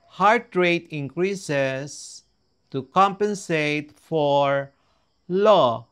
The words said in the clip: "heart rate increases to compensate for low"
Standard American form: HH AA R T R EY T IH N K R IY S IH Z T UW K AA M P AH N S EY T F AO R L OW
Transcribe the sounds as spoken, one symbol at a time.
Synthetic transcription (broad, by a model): HH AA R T R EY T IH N K R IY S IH S T UW K AA M P AH N S EY T F AO R L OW